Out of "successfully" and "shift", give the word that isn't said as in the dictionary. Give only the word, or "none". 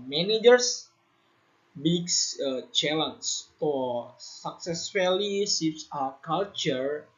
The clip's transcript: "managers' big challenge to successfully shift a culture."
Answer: shift